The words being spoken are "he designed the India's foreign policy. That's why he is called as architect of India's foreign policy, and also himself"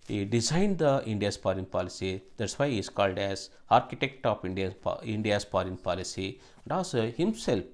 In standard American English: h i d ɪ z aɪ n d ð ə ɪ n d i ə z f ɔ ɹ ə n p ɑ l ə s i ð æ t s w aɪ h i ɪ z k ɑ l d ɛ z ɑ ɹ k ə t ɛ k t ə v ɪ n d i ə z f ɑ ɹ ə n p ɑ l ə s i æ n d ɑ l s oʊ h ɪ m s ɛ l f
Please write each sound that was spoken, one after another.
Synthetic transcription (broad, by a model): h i d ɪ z aɪ n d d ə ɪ n d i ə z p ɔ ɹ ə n p ɑ l ə s i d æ t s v aɪ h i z k ɑ l d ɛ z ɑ ɹ k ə t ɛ k t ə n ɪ n d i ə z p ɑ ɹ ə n p ɑ l ə s i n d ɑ s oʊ h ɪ m s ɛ l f